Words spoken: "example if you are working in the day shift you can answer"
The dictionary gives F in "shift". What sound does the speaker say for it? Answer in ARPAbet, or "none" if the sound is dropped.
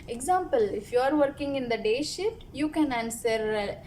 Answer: none